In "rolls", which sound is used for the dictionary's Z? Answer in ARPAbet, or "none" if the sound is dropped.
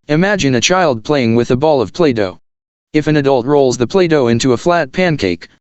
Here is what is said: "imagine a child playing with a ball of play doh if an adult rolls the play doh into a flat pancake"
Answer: Z